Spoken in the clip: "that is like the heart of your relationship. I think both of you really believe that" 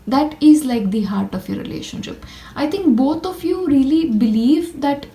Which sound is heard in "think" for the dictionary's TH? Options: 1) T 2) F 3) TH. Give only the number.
1